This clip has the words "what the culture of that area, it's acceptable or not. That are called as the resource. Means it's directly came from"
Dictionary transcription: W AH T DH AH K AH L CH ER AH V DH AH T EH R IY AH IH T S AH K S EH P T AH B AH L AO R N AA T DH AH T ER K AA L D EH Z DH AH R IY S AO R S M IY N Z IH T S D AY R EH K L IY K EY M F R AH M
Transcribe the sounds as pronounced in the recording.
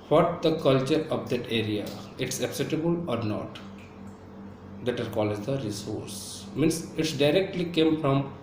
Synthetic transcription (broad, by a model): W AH T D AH K AH L CH ER AH V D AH T EH R IY AH IH T S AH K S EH T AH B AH L AO R N AA T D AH T ER K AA L EH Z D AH R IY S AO R S M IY N S IH T S D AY R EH K L IY K EY M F R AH M